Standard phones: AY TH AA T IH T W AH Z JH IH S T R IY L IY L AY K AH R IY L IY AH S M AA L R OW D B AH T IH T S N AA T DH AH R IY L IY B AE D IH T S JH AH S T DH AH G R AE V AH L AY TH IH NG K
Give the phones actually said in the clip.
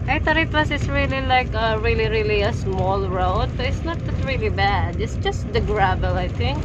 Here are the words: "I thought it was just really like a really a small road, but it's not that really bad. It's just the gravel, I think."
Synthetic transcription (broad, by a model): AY T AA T IH T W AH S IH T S R IY L IY L AY K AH R IY L IY AH S M AA L R OW D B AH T IH T S N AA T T R IY L IY B AE D IH T S JH AH S T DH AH G R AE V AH L AY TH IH NG K